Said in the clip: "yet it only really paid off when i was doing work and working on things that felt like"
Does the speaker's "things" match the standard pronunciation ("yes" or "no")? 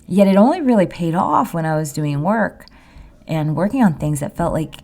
yes